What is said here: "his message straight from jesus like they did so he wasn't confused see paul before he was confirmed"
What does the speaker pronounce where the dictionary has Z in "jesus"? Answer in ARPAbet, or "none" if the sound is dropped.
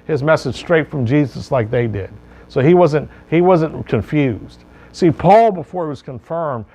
Z